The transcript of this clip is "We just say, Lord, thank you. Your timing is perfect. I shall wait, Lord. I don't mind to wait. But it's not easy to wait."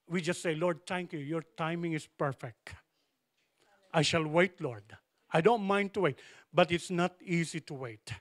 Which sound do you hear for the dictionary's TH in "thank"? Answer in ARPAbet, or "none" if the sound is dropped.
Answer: T